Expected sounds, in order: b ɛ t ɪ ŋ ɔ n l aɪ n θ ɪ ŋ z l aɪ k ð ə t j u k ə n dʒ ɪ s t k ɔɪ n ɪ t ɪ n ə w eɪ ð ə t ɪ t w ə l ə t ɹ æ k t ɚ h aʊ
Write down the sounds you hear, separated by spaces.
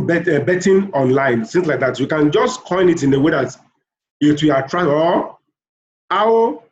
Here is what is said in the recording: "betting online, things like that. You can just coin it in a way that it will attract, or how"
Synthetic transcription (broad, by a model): b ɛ t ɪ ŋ ɔ n l aɪ n s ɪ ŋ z l aɪ k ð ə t j u k ə n dʒ ɪ s t k ɔɪ n ɪ t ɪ n ə w eɪ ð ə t ɪ t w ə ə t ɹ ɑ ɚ aʊ